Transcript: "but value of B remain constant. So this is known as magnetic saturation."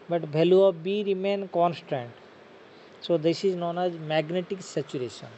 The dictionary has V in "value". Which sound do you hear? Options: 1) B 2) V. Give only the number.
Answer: 1